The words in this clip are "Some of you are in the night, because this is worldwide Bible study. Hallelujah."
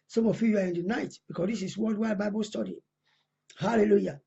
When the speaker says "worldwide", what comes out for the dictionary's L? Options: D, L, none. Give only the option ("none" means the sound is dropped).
none